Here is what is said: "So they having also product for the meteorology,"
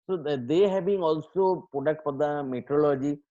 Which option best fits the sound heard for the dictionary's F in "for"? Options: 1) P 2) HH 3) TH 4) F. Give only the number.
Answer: 1